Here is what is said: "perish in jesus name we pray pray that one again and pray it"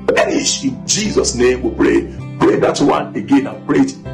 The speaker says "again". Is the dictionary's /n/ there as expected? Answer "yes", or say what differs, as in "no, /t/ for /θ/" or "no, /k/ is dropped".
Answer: yes